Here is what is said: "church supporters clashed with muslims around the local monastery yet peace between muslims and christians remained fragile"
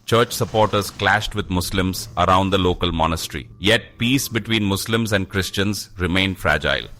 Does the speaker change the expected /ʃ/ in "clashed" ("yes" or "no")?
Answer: no